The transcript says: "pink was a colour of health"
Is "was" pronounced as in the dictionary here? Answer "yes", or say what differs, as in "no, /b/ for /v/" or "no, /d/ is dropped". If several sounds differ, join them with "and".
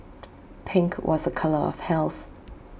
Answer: yes